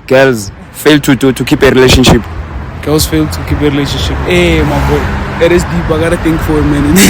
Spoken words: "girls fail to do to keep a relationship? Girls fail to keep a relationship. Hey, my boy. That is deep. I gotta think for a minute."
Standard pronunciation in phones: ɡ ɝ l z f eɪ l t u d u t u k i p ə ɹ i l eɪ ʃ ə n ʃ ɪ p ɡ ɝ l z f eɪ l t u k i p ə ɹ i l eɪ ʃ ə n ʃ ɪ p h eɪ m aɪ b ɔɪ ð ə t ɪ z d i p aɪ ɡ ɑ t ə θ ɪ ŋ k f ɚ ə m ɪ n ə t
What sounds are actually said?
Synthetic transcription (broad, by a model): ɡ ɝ l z f eɪ l t u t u t u k i p ə ɹ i l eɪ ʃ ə n ʃ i p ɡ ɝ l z f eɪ l t u k i p ə ɹ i l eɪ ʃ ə n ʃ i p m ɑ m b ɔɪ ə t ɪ s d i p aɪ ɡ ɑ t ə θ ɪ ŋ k f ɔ ə m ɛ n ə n